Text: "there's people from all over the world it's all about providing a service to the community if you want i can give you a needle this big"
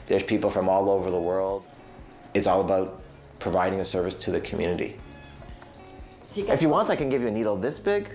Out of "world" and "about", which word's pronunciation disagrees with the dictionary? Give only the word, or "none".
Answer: none